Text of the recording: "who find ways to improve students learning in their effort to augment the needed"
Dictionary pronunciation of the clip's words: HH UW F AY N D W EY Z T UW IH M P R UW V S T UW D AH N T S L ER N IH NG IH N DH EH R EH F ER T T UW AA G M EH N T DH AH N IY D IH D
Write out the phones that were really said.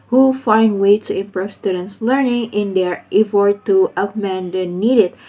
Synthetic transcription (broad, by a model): HH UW F AY N D W EY T UW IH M P R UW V S T UW D AH N T S L ER N IH NG IH N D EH R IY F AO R T UW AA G M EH N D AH N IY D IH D